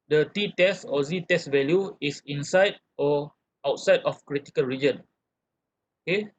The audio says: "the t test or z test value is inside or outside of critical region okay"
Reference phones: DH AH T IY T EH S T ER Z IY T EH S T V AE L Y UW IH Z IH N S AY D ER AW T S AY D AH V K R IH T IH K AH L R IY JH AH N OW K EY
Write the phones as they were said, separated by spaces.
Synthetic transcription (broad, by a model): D AH T IY T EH S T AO Z IY T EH S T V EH L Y UW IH S IH N S AY D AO AW T S AY D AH F K R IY T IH K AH L R IY JH AH N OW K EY